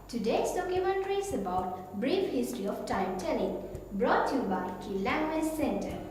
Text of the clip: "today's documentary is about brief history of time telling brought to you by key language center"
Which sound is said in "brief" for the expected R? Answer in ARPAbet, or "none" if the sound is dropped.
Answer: R